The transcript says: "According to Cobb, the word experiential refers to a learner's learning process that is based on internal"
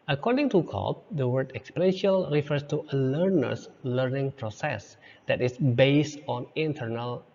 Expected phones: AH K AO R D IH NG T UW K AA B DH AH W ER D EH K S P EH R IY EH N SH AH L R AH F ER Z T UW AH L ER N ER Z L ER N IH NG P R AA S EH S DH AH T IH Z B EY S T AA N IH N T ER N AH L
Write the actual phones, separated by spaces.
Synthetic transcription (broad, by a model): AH K AO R D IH NG T UW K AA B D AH W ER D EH K S P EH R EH N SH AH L R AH F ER S T UW AH L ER N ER S L ER N IH NG P R AA S EH S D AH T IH S B EY S T AA N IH N T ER N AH L